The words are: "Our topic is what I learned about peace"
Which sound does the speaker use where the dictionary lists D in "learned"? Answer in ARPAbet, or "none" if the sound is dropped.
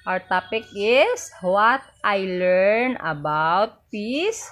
none